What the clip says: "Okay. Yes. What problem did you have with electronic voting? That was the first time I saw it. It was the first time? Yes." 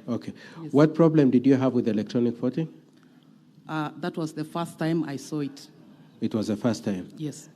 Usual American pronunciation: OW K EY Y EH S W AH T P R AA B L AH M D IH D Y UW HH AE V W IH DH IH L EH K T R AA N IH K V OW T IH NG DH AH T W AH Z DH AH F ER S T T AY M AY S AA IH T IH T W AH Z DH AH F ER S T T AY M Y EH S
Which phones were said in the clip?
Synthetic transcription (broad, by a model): OW K EY W AH T P R AA B L AH M D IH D Y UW HH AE V W IH DH IH L EH K T R AA N IH K F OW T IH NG DH AH T W AH Z DH AH F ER S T T AY M AY S AA IH T IH T W AH Z DH AH F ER S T T AY M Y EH S